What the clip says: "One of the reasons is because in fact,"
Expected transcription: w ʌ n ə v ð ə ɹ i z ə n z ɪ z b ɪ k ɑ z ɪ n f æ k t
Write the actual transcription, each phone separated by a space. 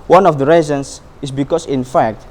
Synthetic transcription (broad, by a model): w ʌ n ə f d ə ɹ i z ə n s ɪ s b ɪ k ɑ s ɪ n f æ k t